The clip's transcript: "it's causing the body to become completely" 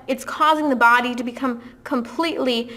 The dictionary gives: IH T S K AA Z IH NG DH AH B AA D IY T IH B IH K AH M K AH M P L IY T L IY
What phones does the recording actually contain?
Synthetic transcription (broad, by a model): IH T S K AA Z IH NG DH AH B AA D IY T IH B IH K AH M K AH M P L IY T L IY